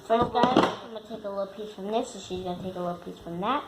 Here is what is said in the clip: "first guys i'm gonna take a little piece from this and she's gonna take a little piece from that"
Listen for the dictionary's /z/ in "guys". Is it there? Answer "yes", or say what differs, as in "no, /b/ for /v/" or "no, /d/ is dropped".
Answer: no, /z/ is dropped